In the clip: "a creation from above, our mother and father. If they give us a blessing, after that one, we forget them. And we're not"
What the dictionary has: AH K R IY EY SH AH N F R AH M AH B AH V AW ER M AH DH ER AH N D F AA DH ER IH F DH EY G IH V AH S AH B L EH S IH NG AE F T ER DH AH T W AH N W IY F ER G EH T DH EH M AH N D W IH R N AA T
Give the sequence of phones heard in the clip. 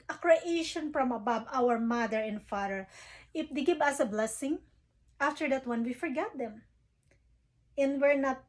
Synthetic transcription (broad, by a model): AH K R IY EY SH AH N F R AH M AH B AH B AW ER M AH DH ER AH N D F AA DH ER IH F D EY G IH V AH S AH B L EH S IH NG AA F T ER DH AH T W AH N W IY F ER G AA T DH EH M AH N D W IH R N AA T